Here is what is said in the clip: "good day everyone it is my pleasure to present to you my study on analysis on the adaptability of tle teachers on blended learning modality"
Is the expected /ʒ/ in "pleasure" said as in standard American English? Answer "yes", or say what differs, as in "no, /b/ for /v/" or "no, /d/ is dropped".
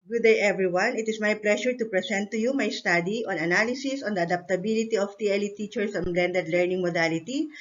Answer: no, /ʃ/ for /ʒ/